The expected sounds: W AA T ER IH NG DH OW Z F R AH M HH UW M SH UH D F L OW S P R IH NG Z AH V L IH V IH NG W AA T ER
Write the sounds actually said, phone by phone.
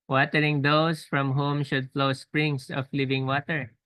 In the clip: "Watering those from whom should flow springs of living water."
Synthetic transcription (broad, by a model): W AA T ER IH NG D OW S F R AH M HH UW M SH UH D F L OW S P R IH NG S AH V L IH V IH NG W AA T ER